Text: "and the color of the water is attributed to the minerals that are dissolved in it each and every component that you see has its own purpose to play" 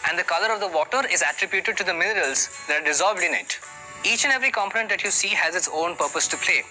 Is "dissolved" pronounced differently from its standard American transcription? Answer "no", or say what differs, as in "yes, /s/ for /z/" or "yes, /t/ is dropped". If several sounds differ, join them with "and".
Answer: no